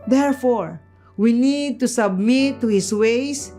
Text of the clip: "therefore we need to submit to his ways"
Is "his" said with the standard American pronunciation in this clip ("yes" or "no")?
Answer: no